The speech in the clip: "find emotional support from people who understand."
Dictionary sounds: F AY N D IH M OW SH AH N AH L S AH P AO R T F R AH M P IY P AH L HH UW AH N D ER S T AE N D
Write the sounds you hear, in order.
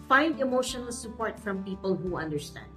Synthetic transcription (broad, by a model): F AY N D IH M OW SH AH N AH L S AH P AO R T F R AH M P IY P AH L HH UW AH N D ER S T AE N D